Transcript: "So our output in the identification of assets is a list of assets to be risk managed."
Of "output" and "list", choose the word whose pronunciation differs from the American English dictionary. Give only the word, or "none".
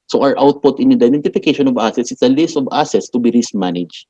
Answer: none